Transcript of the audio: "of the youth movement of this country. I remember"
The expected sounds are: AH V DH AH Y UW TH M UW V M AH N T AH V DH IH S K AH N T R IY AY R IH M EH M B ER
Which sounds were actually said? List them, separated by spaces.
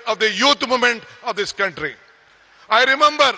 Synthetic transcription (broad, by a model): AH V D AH Y UW T M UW M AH N T AH V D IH S K AH N T R IY AY R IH M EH M B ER